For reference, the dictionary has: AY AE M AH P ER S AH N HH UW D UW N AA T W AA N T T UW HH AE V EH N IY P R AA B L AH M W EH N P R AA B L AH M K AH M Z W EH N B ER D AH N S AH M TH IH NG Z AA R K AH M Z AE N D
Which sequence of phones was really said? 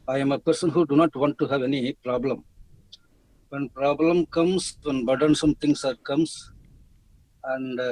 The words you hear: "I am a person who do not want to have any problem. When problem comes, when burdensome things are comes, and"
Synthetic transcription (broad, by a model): AY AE M AH P ER S AH N HH UW D UW N AA T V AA N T T UW HH AE V EH N IY P R AA B L AH M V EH N P R AA B L AH M K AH M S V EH N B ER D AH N S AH M T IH NG S AA R K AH M S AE N D